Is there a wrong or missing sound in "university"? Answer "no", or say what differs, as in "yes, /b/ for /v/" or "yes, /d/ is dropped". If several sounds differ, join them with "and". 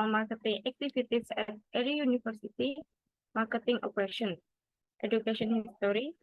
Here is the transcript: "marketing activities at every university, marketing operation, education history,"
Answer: yes, /f/ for /v/